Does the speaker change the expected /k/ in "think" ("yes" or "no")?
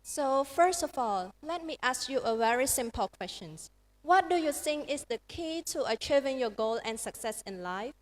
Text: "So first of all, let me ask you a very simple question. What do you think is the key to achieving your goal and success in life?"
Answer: yes